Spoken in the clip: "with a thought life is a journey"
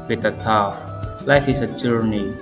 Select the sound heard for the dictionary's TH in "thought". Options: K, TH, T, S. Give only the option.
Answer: T